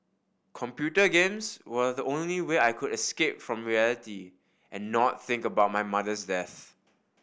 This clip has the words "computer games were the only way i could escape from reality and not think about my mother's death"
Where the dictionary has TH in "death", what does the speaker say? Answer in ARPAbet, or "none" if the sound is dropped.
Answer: TH